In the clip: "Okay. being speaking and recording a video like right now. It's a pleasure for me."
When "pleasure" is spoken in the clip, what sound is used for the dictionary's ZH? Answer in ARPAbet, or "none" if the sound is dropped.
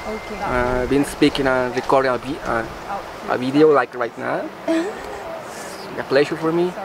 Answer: SH